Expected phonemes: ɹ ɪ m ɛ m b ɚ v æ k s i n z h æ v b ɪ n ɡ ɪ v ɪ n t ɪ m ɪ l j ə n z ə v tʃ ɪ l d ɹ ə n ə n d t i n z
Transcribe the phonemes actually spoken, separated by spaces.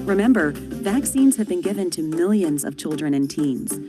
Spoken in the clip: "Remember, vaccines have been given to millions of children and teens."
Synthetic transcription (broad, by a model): ɹ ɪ m ɛ m b ɚ v æ k s i n z h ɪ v b ɪ n ɡ ɪ v ɪ n t ɪ m ɪ l j ə n z ə v tʃ ɪ l d ɹ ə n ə n t i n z